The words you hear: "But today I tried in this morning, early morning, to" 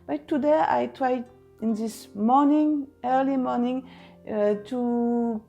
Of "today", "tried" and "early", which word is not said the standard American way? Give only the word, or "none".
none